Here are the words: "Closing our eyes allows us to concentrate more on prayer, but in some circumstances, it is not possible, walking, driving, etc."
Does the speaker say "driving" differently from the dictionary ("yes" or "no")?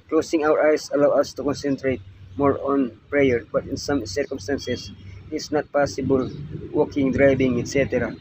yes